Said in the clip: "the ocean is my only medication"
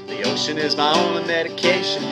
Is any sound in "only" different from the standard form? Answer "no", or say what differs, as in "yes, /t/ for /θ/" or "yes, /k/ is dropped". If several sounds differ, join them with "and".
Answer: yes, /l/ is dropped